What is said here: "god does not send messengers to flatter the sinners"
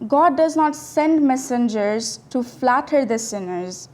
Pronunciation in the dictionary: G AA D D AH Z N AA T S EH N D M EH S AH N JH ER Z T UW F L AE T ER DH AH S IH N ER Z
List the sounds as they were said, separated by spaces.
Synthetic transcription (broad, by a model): G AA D D AH Z N AA T S EH N D M EH S AH N JH ER Z T UW F L AE T ER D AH S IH N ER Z